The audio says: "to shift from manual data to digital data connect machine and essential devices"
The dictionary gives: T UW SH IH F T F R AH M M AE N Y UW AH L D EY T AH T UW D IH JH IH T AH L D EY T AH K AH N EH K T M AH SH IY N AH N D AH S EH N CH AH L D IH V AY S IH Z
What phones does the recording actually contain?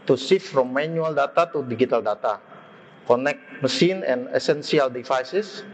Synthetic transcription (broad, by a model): T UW S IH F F R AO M M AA N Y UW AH L D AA T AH T UW D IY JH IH T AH L D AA T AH K AH N EH K T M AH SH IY N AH N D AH S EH N S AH L D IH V AY S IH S